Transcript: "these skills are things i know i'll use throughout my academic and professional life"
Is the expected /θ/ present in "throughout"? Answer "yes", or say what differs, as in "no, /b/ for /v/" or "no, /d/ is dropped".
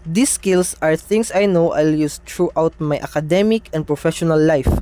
no, /t/ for /θ/